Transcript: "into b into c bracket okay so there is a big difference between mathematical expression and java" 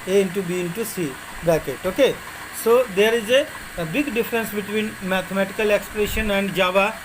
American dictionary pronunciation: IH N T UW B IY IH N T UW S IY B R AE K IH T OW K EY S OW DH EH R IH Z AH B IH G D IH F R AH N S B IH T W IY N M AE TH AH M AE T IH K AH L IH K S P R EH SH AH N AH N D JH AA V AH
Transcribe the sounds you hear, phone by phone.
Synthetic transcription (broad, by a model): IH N T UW B IY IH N T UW S IY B AE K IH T OW K EY S OW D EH R IH Z AH B IH G D IH F R AH N S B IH T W IY N M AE T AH M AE T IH K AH L IH K S P R EH SH AH N AH N D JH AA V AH